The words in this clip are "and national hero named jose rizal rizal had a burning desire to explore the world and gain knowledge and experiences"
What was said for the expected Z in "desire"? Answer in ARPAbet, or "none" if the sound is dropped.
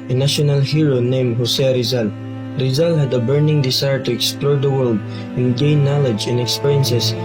S